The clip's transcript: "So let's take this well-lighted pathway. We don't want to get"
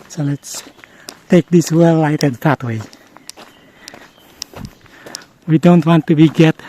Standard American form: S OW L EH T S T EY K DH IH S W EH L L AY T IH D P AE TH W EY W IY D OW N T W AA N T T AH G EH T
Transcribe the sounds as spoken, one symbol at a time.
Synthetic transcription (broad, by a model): S OW L EH T S T EY K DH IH S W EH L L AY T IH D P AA T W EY W IY D OW N T W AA N T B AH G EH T